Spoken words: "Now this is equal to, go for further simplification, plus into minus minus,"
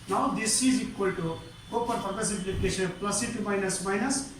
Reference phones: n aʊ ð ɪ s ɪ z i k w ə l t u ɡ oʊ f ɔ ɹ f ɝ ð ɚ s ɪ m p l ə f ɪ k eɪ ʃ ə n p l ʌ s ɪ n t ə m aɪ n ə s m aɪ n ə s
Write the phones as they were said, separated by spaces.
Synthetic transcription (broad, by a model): n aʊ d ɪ s ɪ z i k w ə l t u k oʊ p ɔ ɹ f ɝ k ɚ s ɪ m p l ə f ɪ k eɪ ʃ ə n p l ʌ s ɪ t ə m aɪ n ə s m aɪ n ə s